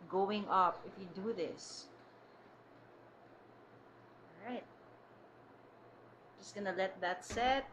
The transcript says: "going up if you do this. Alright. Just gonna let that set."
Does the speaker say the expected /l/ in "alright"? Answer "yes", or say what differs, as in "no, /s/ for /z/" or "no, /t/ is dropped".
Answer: no, /l/ is dropped